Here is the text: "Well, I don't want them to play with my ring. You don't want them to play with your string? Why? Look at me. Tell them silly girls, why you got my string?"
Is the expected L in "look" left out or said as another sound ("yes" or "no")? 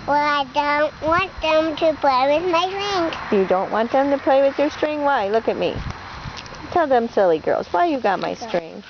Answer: no